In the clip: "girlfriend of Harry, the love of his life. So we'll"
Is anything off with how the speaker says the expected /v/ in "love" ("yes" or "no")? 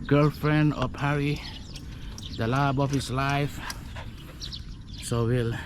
yes